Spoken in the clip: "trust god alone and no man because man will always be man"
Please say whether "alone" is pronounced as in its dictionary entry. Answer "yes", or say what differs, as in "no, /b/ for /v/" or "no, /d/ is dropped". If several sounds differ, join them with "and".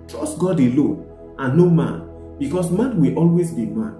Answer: no, /n/ is dropped